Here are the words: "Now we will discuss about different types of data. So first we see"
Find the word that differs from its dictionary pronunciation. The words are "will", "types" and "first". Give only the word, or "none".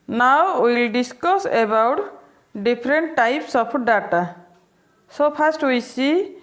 first